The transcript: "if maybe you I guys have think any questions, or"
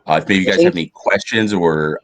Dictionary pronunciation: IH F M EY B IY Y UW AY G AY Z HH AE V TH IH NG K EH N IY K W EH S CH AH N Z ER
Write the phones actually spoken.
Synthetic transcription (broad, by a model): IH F M EY B IY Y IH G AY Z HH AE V EH N IY K W EH S CH AH N Z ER